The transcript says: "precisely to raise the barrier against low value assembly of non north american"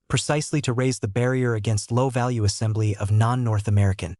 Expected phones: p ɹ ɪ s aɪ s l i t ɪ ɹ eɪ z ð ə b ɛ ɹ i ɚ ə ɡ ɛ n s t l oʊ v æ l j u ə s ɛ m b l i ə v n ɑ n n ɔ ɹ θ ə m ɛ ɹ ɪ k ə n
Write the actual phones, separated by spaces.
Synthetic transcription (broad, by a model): p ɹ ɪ s aɪ s l i t ɪ ɹ eɪ z ð ə b ɛ ɹ i ɚ ə ɡ ɛ n s t l oʊ v æ l j u ə s ɛ m b l i ə v n ɑ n n ɔ ɹ θ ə m ɛ ɹ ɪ k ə n